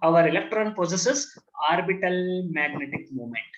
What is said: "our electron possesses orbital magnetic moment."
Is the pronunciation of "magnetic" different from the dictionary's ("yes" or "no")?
no